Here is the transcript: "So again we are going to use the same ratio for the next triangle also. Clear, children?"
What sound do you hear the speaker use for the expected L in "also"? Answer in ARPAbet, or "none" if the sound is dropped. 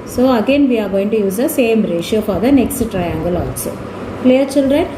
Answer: none